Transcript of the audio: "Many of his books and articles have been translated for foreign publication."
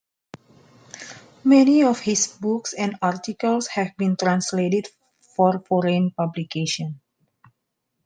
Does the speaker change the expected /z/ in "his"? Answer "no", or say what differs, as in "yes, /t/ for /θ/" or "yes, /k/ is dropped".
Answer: yes, /s/ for /z/